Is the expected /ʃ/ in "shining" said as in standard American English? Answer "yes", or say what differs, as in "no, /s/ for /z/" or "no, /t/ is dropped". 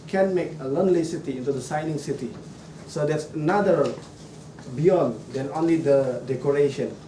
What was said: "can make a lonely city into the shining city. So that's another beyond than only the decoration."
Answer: no, /s/ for /ʃ/